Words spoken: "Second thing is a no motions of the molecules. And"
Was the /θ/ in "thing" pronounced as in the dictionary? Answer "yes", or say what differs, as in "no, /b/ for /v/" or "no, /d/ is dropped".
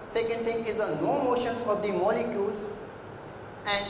no, /t/ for /θ/